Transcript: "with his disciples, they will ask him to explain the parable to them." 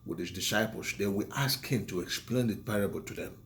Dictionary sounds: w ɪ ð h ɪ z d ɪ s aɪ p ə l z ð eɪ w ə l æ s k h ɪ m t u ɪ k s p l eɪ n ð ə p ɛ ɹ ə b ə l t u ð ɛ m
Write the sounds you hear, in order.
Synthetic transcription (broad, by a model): w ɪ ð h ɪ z d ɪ s aɪ p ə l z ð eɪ w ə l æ s k h ɪ m t u ɪ k s p l eɪ n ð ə p ɛ ɹ ə b ə l t u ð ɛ m